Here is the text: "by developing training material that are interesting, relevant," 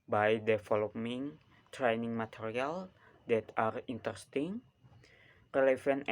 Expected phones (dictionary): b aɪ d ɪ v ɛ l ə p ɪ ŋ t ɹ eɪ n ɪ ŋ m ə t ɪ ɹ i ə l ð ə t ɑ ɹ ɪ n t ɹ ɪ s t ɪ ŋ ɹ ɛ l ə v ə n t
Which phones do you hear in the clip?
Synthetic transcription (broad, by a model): b aɪ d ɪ f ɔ l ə ɪ ŋ t ɹ eɪ n ɪ ŋ m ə t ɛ ɹ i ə l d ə t ɑ ɹ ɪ n t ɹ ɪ s t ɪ ŋ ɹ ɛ l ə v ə n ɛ